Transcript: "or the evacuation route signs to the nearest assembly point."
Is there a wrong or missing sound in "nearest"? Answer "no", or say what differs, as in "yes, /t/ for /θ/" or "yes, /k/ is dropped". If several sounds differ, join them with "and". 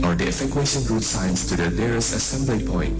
yes, /t/ is dropped